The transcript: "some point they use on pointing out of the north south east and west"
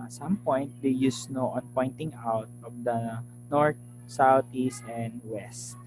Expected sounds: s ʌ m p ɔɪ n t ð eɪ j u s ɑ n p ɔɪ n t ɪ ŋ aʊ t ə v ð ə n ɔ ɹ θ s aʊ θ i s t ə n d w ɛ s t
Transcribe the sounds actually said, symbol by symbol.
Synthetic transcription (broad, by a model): s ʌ m p ɔɪ n t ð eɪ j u s ɑ n p ɔɪ n t ɪ ŋ aʊ t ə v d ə n ɔ ɹ t s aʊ t i s t ə n d w ɛ s t